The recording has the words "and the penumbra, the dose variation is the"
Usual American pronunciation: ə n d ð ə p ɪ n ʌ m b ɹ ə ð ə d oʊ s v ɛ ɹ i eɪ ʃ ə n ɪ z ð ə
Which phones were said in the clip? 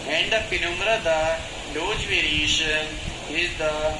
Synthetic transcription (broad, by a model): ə n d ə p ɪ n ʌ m ɹ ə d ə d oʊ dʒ v ɛ ɹ i eɪ ʃ ə n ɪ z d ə